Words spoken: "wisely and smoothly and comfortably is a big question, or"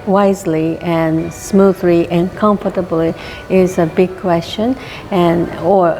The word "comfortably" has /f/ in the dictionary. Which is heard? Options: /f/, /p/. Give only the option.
/f/